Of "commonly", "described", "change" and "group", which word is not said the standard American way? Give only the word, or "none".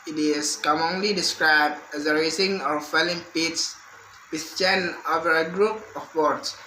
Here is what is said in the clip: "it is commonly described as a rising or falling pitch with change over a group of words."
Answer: change